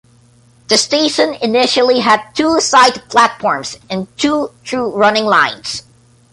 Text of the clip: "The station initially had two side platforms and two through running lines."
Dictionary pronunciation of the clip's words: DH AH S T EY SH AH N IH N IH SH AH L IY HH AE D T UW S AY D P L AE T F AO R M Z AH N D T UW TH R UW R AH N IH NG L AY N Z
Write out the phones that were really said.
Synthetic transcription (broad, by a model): DH AH S T EY SH AH N IH N IH SH AH L IY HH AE D T UW S AY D P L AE T F AO R M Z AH N T UW T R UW R AH N IH NG L AY N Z